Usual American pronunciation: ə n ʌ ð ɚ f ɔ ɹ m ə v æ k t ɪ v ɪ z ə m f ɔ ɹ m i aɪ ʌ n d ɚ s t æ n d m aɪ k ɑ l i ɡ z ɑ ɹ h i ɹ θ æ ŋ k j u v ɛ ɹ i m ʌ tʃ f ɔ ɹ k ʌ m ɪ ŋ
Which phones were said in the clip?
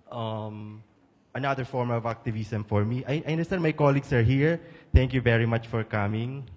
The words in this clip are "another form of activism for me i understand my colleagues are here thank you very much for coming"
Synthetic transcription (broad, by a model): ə n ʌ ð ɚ f ɔ ɹ m ə v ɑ k t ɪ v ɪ s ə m f ɔ ɹ m i aɪ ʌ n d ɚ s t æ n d m aɪ k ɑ l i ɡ s ɑ ɹ h i ɹ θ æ ŋ k j u v ɛ ɹ i m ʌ tʃ f ɔ ɹ k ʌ m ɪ ŋ